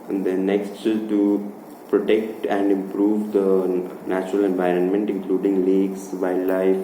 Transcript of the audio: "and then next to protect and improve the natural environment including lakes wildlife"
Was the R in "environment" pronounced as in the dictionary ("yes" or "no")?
yes